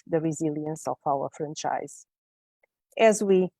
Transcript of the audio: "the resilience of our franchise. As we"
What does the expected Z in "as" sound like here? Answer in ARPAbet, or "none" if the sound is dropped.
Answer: Z